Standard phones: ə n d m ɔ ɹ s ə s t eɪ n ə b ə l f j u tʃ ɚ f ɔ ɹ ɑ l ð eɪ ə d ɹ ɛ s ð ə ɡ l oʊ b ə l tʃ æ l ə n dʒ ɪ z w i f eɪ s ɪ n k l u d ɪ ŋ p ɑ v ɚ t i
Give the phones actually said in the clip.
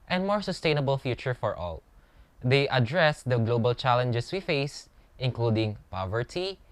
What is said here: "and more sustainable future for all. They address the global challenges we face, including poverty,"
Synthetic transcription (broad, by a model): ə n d m ɔ ɹ s ə s t eɪ n ə b ə l f j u tʃ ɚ f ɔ ɹ ɑ l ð eɪ ə d ɹ ɛ s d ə ɡ l oʊ b ə l tʃ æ l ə n dʒ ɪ s w i f eɪ s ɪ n k l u d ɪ ŋ p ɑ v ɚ t i